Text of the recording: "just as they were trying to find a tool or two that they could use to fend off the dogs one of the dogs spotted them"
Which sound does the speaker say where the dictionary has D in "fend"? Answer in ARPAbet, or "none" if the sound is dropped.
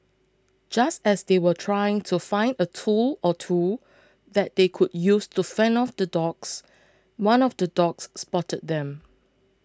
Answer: none